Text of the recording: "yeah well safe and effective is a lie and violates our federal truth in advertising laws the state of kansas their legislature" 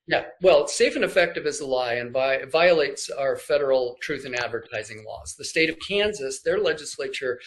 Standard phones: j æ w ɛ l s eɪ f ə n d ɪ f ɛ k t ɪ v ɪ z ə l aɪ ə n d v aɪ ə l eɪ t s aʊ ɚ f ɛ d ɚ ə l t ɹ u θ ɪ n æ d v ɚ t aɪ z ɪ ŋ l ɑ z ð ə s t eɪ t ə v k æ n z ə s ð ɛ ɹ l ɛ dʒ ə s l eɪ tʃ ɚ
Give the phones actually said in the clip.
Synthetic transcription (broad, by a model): j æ w ɛ l s eɪ f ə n ɪ f ɛ k t ɪ v ɪ z ə l aɪ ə n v v aɪ ə l eɪ t s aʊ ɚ f ɛ d ɚ l t ɹ u θ ɪ n æ d v ɚ t aɪ z ɪ ŋ l ɑ z ð ə s t eɪ t ə v k æ n z ə s ð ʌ ɹ l ɛ dʒ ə s l eɪ tʃ ɚ